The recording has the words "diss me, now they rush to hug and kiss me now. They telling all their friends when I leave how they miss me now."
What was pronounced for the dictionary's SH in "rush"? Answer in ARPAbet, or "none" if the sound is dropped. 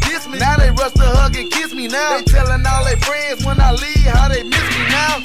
S